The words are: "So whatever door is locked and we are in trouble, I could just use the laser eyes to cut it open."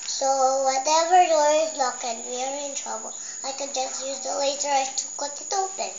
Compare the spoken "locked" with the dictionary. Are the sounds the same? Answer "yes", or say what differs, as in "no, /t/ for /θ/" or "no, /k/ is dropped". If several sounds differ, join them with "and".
no, /t/ is dropped